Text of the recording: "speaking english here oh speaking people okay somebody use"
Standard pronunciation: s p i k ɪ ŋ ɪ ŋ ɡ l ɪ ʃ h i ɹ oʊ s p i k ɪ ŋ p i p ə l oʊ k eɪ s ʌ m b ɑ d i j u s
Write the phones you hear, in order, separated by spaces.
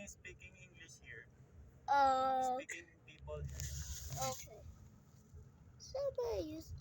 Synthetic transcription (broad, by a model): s p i k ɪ ŋ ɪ ŋ ɡ l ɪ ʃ h i ɹ oʊ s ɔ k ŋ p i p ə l oʊ k eɪ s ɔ b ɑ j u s